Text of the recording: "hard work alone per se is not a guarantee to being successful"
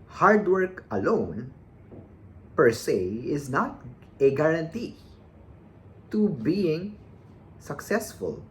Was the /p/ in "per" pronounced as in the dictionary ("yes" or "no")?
yes